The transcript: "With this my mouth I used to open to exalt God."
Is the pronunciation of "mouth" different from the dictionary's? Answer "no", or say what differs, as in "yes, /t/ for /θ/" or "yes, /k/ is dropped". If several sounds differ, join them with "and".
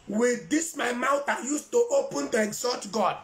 yes, /t/ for /θ/